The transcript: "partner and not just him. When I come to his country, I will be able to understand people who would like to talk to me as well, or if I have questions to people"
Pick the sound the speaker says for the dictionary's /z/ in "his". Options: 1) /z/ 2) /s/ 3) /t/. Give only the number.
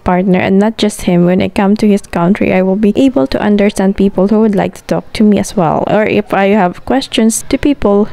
2